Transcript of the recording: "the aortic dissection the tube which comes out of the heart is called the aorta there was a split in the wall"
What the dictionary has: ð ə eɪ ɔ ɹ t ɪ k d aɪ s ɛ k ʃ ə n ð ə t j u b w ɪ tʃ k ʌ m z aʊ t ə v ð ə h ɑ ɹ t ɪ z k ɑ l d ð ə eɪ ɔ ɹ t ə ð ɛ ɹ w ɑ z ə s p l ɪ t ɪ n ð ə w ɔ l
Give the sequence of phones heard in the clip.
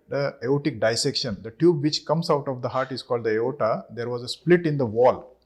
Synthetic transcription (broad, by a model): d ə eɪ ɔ t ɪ k d aɪ s ɛ k ʃ ə n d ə t j u b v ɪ tʃ k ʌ m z aʊ t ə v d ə h ɑ ɹ t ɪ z k ɑ l d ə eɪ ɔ t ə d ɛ ɹ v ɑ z ə s p l ɪ t ɪ n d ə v ɔ l